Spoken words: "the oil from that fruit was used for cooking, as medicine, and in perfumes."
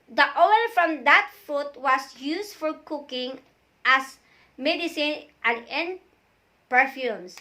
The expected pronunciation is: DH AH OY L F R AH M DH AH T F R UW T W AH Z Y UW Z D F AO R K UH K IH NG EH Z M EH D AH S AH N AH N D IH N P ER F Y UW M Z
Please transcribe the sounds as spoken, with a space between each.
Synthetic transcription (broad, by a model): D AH OY L F R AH M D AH T F R UW T W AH S Y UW S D F AO R K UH K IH NG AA S M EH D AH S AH N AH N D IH N P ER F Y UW M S